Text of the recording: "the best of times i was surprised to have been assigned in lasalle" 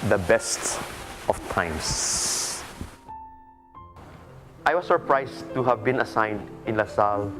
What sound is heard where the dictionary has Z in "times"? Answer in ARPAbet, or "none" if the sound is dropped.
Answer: S